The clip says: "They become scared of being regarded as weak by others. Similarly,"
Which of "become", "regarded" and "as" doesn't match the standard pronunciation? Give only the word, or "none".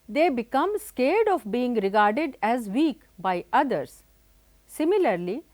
none